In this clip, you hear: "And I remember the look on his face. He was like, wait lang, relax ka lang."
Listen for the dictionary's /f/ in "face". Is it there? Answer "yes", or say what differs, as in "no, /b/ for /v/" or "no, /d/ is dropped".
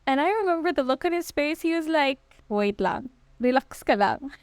no, /p/ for /f/